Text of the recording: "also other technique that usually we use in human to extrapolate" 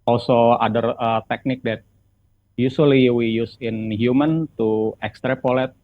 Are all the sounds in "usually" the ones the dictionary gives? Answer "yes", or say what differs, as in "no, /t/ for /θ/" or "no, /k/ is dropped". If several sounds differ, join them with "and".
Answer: no, /s/ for /ʒ/